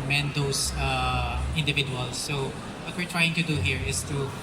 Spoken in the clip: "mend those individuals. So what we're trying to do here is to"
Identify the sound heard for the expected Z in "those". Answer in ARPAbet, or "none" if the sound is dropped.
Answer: S